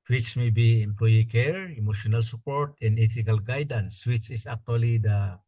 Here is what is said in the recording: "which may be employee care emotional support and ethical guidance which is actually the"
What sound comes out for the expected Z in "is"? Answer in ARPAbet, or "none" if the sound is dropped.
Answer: S